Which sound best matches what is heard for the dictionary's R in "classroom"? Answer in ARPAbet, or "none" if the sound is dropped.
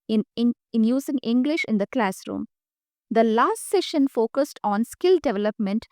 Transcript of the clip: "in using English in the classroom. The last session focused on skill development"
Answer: R